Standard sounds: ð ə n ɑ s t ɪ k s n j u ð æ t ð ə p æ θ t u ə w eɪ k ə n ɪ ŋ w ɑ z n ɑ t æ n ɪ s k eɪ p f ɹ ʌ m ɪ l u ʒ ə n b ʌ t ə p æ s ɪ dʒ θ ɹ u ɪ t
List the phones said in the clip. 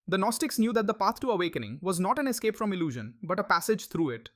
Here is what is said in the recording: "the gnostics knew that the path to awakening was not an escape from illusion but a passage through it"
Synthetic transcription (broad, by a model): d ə n ɑ s t ɪ k s n j u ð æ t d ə p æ t t u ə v eɪ k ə n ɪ ŋ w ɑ z n ɑ t æ n ɪ s k eɪ p f ɹ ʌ m ɪ l u ʒ ə n b ʌ t ə p æ s ɪ dʒ t ɹ u ɪ t